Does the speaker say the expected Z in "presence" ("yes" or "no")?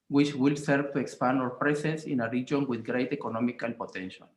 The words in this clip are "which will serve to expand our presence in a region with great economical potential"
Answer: no